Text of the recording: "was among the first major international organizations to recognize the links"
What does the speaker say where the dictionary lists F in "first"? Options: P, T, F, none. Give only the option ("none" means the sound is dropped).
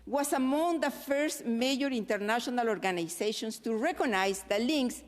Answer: F